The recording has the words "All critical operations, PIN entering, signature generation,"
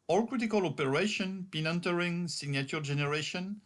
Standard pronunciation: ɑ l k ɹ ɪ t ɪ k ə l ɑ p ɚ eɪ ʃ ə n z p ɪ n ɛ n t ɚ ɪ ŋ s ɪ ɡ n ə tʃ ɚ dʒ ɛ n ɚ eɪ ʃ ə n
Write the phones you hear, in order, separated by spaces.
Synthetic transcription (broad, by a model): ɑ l k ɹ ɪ t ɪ k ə l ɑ p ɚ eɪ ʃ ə n p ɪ n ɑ n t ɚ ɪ ŋ s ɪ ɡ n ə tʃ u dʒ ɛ n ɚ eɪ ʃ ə n